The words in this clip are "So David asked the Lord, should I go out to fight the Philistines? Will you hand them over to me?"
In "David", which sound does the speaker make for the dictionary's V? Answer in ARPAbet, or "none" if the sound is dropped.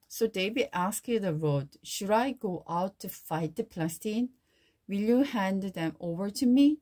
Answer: B